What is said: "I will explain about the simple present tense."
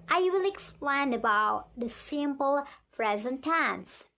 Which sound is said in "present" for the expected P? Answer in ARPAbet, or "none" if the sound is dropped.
F